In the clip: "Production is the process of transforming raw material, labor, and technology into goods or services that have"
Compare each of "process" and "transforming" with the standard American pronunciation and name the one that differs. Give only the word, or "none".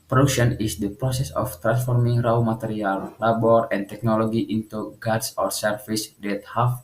none